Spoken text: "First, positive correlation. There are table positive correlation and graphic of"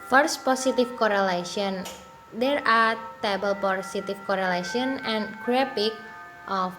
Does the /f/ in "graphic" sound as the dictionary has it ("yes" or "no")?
no